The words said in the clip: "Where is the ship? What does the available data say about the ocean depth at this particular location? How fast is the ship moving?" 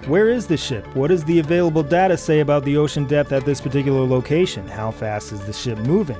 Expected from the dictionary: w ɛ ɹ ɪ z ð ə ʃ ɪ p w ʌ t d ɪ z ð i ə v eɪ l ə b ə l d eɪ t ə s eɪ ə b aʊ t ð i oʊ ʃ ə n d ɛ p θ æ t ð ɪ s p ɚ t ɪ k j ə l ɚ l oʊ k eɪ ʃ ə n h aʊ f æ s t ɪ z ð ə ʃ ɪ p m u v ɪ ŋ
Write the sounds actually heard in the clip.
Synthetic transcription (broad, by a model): w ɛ ɹ ɪ z ð ə ʃ ɪ p w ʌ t d ɪ z ð i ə v eɪ l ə b l d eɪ t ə s eɪ ə b aʊ t ð i oʊ ʃ ə n d ɛ p θ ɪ t ð ɪ s p ɚ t ɪ k j l ɚ l oʊ k eɪ ʃ ə n h aʊ f æ s t ɪ z ð ə ʃ ɪ p m u v ɪ ŋ